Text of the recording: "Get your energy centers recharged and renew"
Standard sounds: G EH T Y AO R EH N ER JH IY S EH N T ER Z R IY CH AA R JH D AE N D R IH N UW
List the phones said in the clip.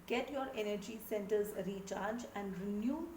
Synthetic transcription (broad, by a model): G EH T Y AO R EH N ER JH IY S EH N T ER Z R IY CH AA R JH AE N D R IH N UW